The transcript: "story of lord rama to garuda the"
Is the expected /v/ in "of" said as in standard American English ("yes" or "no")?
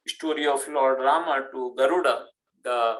no